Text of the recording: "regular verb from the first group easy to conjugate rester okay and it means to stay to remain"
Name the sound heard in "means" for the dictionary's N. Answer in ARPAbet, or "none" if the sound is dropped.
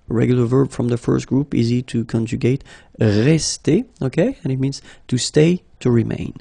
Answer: N